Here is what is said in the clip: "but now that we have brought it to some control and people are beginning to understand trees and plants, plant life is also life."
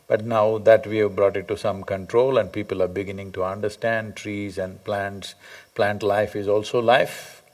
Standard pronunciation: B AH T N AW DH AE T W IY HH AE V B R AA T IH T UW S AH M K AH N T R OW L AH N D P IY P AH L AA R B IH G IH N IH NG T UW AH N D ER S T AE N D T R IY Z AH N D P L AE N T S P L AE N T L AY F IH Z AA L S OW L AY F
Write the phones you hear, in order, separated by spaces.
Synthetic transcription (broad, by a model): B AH T N AW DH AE T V IY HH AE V B R AA T IH T UW S AH M K AH N T R OW L AH N D P IY P AH L AA R B IH G IH N IH NG T UW AH N D ER S T AE N D T R IY Z AH N D P L AE N T S P L AE N T L AY F IH Z AA L S OW L AY F